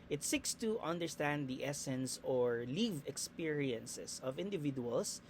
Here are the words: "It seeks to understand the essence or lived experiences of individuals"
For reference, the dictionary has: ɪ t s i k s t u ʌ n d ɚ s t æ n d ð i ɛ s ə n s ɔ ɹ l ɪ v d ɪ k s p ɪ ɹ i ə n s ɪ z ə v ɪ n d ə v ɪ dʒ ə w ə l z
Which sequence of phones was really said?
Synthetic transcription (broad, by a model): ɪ t s i k s t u ʌ n d ɚ s t æ n d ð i ɛ s ə n s ɔ ɹ l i v ɪ k s p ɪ ɹ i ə n s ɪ s ə v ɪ n d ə v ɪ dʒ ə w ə l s